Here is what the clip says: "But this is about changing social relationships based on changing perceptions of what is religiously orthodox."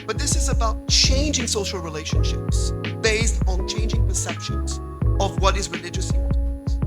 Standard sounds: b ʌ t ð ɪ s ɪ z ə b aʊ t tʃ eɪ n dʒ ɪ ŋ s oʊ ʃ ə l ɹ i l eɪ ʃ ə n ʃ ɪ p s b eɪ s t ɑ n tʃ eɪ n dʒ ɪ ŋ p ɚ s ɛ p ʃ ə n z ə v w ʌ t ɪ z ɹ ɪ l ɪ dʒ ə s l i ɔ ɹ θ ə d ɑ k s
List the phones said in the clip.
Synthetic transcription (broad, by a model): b ʌ t ð ɪ s ɪ z ə b aʊ t tʃ eɪ n dʒ ɪ ŋ s oʊ ʃ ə l ɹ i l eɪ ʃ ə n ʃ ɪ p s b eɪ s t n tʃ eɪ n dʒ ɪ ŋ p ɚ s ɛ p ʃ ə n z ə v w ʌ t ɪ z ɹ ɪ l ɪ dʒ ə s i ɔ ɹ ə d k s